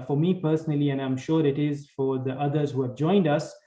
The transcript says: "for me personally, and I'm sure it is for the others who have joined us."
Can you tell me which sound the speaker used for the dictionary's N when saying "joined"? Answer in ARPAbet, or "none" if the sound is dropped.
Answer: N